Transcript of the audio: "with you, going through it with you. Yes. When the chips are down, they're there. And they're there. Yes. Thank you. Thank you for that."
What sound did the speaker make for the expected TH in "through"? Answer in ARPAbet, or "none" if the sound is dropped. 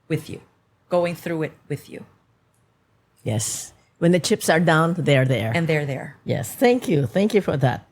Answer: TH